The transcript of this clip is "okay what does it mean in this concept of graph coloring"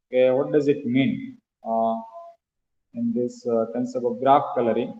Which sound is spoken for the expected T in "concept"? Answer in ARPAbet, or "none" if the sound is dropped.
none